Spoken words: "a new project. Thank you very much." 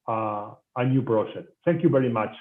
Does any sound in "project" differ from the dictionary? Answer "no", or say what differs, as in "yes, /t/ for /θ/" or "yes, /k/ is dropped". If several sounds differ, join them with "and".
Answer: yes, /b/ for /p/ and /ʃ/ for /dʒ/